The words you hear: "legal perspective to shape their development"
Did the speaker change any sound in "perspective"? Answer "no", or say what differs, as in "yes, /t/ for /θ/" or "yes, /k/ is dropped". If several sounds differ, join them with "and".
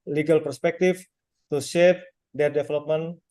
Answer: yes, /f/ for /v/